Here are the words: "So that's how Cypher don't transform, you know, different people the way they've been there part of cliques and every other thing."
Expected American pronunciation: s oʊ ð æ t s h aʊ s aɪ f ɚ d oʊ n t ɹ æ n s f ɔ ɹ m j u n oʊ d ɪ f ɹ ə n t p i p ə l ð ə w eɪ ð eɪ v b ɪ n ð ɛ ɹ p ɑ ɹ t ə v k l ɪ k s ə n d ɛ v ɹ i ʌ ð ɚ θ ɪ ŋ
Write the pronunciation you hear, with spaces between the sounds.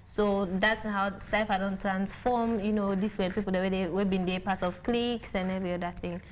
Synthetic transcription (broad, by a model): s oʊ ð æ t s h aʊ s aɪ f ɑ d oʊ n t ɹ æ n s f ɔ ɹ m j u n oʊ d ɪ f ɹ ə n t p i p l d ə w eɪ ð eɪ w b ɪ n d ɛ p ɑ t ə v k l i k s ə n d ɛ v ɹ i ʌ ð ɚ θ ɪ ŋ